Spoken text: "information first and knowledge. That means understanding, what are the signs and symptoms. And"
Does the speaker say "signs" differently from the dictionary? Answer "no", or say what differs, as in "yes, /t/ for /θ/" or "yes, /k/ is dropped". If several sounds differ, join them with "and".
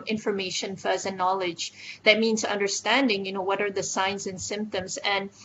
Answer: no